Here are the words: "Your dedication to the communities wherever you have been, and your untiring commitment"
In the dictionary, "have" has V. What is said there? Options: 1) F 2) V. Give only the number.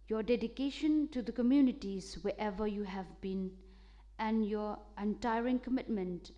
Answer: 2